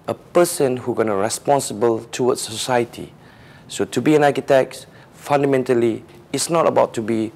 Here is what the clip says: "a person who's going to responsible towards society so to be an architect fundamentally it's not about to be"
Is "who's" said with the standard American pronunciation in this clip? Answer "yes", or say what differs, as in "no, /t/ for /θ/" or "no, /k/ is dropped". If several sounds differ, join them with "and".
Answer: no, /z/ is dropped